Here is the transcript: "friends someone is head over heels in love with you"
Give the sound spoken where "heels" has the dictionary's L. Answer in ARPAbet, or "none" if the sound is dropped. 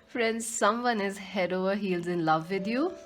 L